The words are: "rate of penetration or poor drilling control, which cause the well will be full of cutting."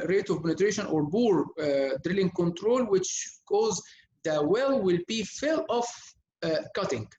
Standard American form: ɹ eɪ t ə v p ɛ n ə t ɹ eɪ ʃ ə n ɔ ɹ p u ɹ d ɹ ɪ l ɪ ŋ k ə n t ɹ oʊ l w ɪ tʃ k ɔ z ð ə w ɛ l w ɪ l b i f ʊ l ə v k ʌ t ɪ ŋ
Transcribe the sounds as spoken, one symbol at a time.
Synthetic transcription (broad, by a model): ɹ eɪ t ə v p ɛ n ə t ɹ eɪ ʃ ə n ɔ ɹ b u ɹ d ɹ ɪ l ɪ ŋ k ə n t ɹ oʊ l w ɪ tʃ k ɔ z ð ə w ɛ l w ɪ l b i f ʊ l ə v k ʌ t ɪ ŋ